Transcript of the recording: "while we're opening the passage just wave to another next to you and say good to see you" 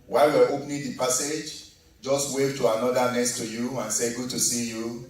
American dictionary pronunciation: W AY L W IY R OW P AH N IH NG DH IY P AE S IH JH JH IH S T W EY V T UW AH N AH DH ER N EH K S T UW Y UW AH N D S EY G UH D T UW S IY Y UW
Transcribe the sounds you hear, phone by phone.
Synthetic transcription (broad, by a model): W AY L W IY W OW P N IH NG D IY P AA S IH JH JH IH S T W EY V T UW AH N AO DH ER N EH S T UW Y UW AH N S EY G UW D T UW S IY Y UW